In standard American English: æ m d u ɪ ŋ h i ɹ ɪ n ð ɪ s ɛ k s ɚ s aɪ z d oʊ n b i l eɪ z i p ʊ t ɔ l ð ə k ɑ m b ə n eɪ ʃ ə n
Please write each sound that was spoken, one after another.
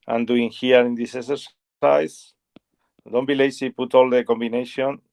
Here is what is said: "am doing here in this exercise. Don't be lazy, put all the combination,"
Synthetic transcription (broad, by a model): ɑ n d u ɪ ŋ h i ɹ ɪ n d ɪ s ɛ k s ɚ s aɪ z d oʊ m b i l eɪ s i p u t ɔ l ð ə k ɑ m b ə n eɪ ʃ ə n